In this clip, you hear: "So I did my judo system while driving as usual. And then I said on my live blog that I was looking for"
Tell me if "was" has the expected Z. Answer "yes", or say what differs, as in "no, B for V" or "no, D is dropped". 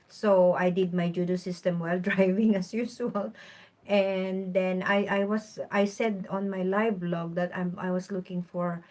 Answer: no, S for Z